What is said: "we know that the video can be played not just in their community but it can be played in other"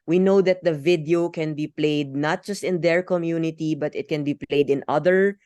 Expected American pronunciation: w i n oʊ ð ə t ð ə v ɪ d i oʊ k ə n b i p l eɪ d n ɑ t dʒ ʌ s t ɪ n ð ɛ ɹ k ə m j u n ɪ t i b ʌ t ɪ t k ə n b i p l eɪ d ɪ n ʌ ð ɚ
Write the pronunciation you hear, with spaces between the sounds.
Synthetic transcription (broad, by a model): w i n oʊ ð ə t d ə v ɪ d i oʊ k ə n b i p l eɪ d n ɑ t dʒ ʌ s t ɪ n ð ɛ ɹ k ə m j u n ɪ t i b ʌ t ɪ t k ə n b i p l eɪ d ɪ n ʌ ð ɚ